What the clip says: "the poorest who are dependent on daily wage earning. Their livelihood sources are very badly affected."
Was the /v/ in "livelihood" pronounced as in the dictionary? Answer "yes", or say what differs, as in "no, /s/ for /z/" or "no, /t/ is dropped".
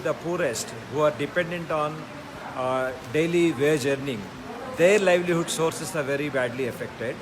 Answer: yes